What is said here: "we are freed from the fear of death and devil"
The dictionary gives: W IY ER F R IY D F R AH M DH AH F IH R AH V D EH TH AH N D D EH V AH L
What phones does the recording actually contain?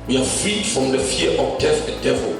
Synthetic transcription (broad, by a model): W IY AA F R IY D F R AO M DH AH F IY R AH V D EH F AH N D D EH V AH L